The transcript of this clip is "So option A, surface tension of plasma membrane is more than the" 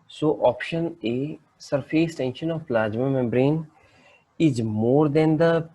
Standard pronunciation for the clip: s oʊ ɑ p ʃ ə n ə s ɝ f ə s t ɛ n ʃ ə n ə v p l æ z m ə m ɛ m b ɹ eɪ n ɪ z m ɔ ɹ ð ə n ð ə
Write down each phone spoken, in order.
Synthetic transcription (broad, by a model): s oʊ ɑ p ʃ ə n ə s ɝ f ə s t ɛ n ʃ ə n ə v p l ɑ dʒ m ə m ɛ m b ɹ eɪ n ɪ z m ɔ ɹ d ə n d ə